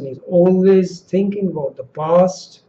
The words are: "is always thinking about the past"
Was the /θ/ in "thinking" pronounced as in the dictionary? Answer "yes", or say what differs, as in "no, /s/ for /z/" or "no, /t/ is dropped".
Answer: yes